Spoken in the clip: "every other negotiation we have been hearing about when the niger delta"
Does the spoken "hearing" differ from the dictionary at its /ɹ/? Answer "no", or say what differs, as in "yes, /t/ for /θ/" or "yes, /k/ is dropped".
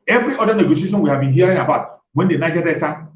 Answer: no